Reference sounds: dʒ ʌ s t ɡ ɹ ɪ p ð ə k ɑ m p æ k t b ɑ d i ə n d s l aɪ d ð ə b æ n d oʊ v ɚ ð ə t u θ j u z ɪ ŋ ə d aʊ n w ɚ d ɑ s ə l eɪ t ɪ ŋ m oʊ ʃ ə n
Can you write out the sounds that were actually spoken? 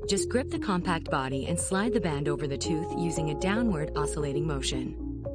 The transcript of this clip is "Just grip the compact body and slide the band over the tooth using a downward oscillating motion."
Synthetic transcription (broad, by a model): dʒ ʌ s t ɡ ɹ ɪ p ð ə k ɑ m p æ k t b ɑ d i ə n s l aɪ d ð ə b æ n d oʊ v ɚ ð ə t u θ j u z ɪ ŋ ə d aʊ n w ɚ d ɑ s ə l eɪ t ɪ ŋ m oʊ ʃ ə n